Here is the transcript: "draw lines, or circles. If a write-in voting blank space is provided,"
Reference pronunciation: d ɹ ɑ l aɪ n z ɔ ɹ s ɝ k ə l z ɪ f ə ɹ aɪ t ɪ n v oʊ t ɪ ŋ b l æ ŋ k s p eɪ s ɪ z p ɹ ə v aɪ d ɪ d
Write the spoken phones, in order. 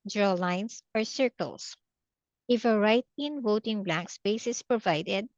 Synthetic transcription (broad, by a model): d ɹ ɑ l aɪ n s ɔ ɹ s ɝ k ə l s ɪ f ə ɹ aɪ t ɪ n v oʊ t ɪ ŋ b l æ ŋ k s p eɪ s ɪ s p ɹ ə v aɪ d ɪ d